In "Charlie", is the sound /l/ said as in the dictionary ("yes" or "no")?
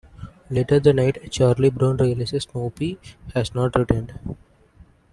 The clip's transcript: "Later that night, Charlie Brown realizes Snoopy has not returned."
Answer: yes